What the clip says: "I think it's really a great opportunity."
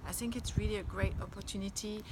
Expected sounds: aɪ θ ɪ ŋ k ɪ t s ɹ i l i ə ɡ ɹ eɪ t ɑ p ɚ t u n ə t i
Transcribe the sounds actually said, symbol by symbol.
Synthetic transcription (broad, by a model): aɪ θ ɪ ŋ k ɪ t s ɹ i l i ə ɡ ɹ eɪ t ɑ p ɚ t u n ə t i